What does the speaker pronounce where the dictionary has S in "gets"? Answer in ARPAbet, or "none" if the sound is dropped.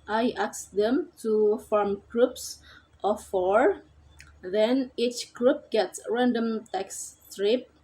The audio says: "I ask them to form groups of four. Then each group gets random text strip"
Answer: S